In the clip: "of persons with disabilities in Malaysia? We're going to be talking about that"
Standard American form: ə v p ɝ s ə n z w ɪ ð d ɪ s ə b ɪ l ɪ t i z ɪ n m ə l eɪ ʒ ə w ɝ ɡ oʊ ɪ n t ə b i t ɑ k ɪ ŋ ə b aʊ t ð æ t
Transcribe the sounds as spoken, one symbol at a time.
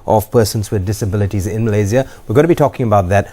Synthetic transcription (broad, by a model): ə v p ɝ s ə n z w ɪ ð d ɪ s ə b ɪ l ɪ t i z ɪ n m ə l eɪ z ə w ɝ ɡ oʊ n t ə b i t ɑ k ɪ ŋ ə b aʊ t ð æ t